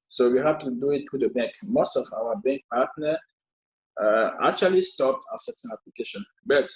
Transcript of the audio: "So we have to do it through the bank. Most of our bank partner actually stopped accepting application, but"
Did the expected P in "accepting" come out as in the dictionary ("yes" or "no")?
no